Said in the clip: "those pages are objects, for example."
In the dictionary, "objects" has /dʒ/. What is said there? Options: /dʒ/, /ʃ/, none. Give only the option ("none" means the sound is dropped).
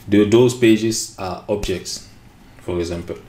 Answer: /dʒ/